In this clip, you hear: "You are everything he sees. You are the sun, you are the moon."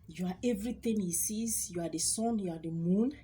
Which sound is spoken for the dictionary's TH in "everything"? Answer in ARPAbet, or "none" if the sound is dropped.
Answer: T